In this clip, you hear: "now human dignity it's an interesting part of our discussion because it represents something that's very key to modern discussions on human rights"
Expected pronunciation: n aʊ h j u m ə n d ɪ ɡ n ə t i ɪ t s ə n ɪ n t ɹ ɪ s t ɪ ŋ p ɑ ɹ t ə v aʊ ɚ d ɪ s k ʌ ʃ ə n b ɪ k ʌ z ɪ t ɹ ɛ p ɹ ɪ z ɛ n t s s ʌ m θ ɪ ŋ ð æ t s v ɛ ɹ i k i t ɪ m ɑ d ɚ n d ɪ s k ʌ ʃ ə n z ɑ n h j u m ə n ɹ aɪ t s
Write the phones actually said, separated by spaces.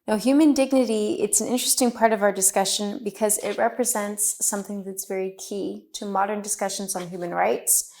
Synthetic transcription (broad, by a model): n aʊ h j u m ə n d ɪ ɡ n ə t i ɪ t s n ɪ n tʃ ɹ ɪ s t ɪ ŋ p ɑ ɹ t ə v aʊ ɚ d ɪ s k ʌ ʃ ə n b ɪ k ʌ z ɪ t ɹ ɛ p ɹ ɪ z ɛ n t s s ʌ m θ ɪ ŋ ð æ t s v ɛ ɹ i k i t ɪ m ɑ d ɚ n d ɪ s k ʌ ʃ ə n z n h j u m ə n ɹ aɪ t s